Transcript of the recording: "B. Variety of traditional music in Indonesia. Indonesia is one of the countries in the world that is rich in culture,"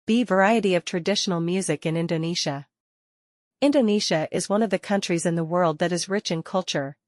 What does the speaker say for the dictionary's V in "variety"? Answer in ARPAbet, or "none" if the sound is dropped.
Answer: V